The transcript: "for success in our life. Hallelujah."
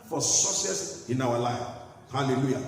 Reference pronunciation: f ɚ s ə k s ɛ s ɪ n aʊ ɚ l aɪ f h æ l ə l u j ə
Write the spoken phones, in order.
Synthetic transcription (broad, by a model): f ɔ s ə s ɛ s ɪ n aʊ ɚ l aɪ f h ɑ l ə l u j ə